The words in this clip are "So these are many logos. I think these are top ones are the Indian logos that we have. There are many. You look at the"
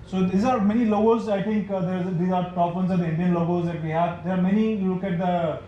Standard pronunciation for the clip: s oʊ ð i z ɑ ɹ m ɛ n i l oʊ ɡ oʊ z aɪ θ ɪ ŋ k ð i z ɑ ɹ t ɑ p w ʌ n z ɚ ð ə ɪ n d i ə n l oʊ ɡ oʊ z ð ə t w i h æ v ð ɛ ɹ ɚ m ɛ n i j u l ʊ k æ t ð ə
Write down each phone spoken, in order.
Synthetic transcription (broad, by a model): s oʊ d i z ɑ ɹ m ɛ n i l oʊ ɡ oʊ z aɪ t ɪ ŋ k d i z ɑ ɹ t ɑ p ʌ n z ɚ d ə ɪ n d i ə n l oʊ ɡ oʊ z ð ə t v i h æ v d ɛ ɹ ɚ m ɛ n i j u l ʊ k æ t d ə